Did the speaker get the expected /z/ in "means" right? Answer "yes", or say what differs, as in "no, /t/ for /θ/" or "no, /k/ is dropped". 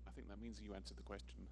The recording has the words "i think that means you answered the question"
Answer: yes